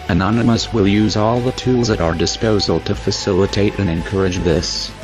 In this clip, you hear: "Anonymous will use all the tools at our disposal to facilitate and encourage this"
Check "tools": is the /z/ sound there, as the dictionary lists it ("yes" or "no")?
yes